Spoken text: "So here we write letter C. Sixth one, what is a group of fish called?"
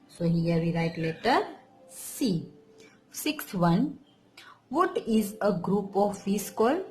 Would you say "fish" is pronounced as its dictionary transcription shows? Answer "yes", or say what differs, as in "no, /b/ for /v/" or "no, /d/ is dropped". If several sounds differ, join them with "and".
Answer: no, /s/ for /ʃ/